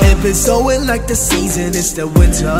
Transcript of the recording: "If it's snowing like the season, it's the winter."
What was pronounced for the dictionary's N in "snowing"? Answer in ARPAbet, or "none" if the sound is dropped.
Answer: none